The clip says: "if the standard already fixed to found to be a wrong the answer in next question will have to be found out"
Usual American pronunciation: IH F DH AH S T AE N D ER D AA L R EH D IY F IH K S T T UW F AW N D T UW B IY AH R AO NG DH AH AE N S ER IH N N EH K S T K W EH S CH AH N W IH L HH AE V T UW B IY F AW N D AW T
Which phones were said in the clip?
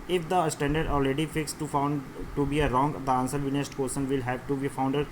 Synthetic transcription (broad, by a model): IH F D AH S T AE N D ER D AA L R EH D IY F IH K S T T UW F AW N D T UW B IY AH R AO NG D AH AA N S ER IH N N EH S T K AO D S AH N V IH L HH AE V T UW B IY F AW N D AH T